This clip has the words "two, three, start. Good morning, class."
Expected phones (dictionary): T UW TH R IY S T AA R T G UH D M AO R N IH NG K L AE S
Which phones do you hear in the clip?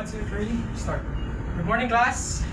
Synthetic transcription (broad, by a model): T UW F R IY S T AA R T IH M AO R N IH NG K L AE S